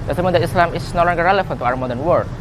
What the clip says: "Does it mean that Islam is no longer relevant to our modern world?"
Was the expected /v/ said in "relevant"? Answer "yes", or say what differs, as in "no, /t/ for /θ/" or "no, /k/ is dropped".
no, /f/ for /v/